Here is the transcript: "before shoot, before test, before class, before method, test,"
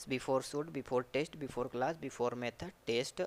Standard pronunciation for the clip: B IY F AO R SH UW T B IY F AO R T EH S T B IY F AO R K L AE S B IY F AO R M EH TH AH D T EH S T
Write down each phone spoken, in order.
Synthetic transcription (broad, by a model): B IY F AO R S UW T B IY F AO R T EH S T B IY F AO R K L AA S B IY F AO R M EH T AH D T EH S T